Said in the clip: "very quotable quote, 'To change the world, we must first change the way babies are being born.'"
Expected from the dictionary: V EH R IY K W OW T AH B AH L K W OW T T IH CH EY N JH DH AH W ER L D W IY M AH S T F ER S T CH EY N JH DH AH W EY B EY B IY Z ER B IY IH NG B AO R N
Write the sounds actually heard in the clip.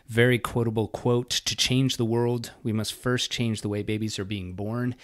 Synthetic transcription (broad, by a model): V EH R IY K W OW T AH B L K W OW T T IH CH EY N JH DH AH W ER L D W IY M AH S T F ER S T CH EY N JH DH AH W EY B EY B IY Z ER B IY IH NG B AO R N